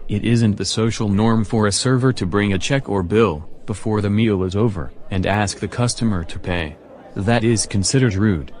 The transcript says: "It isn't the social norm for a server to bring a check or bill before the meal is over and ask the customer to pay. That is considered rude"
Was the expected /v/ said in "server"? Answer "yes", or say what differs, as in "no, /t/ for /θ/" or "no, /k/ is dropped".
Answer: yes